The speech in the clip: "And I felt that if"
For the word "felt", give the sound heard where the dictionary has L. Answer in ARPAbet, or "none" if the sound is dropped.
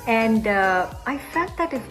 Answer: none